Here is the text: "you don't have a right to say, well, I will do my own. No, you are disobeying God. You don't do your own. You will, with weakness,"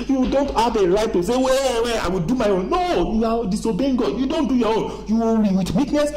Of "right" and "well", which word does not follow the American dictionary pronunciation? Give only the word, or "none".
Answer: well